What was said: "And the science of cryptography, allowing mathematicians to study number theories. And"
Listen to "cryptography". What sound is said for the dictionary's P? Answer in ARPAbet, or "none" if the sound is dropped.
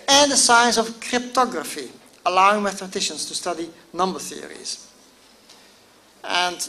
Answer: P